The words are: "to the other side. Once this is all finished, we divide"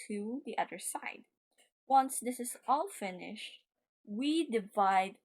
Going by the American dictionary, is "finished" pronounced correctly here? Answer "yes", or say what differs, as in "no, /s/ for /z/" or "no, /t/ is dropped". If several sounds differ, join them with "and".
yes